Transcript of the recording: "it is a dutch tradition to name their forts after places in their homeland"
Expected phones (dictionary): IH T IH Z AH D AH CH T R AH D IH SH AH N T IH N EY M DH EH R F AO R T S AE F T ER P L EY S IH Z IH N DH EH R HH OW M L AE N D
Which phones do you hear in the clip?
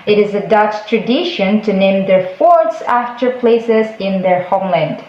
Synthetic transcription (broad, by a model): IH T IH Z AH D AH CH T R AH D IH SH AH N T IH N EY M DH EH R F AO R T S AE F T ER P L EY S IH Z IH N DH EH R HH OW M L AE N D